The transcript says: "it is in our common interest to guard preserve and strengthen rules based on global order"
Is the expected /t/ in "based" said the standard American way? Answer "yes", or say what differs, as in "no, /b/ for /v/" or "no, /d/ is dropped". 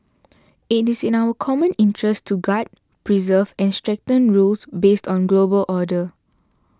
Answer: yes